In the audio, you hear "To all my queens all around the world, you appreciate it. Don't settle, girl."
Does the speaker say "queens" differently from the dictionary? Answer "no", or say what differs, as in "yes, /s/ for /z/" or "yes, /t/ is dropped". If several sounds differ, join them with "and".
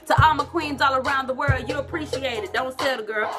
no